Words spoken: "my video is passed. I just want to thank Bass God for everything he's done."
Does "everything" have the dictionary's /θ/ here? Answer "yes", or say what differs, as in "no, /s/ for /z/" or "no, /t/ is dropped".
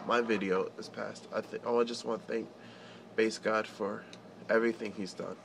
yes